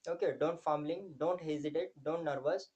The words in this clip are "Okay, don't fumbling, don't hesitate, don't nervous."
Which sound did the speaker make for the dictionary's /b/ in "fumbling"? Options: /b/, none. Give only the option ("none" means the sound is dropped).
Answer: none